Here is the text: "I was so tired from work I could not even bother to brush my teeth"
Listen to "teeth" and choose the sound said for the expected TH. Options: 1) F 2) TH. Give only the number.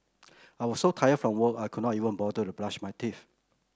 1